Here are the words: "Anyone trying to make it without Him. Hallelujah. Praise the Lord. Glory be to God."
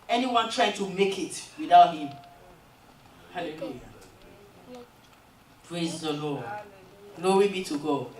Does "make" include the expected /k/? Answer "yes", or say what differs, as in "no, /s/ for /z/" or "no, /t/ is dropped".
yes